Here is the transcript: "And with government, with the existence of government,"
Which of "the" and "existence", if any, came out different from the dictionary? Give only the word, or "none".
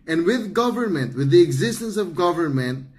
none